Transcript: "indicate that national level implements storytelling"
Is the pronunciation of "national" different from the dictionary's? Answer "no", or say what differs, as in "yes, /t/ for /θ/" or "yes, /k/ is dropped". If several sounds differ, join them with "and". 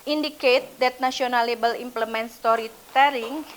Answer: yes, /s/ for /ʃ/